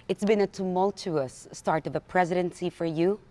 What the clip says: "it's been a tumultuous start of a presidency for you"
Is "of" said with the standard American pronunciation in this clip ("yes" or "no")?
yes